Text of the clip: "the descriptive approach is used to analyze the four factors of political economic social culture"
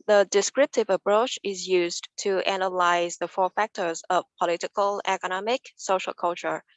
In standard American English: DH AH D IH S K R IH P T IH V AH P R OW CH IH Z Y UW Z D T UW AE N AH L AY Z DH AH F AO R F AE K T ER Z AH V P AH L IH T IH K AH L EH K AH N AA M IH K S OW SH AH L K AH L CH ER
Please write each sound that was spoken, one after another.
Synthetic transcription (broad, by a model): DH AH D IH S K R IH P T IH V AH P R OW CH IH Z Y UW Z T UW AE N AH L AY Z DH AH F AO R F AE K T ER Z AH V P AH L IH T IH K AH L EH K AH N AA M IH K S OW SH AH L K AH L CH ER